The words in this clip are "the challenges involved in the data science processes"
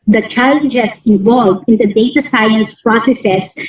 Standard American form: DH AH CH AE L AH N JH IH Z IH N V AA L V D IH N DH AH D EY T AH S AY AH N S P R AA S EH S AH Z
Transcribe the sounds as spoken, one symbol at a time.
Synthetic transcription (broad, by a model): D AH CH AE L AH N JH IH S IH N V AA L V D IH N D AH D EY T AH S AY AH S P R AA S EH S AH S